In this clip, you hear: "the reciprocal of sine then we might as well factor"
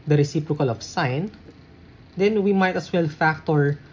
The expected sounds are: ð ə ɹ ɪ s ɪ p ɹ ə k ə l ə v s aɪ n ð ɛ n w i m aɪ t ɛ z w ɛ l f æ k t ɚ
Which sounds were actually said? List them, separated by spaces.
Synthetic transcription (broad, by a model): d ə ɹ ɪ s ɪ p ɹ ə k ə l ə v s aɪ n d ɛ n w i m aɪ t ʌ s w ɛ l f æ k t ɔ